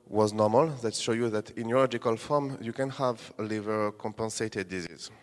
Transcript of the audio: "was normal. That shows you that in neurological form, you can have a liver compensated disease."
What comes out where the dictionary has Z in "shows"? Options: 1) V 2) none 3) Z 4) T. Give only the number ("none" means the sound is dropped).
2